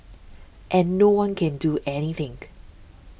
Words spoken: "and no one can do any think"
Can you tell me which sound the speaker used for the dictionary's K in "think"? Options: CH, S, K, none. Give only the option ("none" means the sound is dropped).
none